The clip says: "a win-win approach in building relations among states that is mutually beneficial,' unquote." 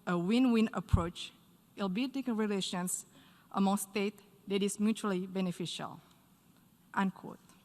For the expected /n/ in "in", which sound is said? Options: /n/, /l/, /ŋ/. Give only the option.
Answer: /l/